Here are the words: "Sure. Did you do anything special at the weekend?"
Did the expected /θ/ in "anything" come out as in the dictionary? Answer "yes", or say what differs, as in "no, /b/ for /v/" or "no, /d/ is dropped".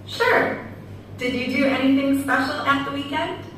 yes